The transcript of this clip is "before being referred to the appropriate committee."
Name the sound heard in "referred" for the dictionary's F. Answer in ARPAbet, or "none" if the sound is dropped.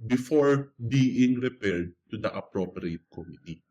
P